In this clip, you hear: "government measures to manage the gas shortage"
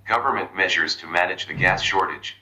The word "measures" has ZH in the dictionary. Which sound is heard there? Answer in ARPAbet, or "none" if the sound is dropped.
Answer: ZH